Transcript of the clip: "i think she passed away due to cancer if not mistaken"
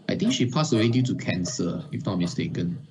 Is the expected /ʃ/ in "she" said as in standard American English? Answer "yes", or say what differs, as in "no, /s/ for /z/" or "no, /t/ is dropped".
yes